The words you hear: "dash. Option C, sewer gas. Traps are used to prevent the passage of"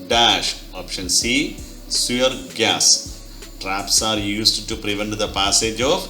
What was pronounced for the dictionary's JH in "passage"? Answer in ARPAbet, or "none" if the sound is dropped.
JH